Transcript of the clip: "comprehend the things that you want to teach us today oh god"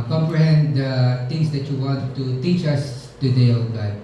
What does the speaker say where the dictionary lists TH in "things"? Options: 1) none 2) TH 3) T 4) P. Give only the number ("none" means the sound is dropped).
3